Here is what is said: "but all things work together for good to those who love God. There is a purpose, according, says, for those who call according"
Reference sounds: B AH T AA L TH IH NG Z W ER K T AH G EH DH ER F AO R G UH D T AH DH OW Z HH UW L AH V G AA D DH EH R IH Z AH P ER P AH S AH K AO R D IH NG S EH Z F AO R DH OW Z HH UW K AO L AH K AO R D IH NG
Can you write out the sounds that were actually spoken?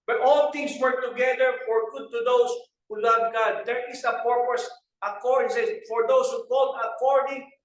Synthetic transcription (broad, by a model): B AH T AA L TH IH NG S W ER K T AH G EH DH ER F AO R G UH D T AH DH OW S HH UW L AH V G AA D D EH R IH S AH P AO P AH S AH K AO R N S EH F AO R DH OW S HH UW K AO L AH K AO R D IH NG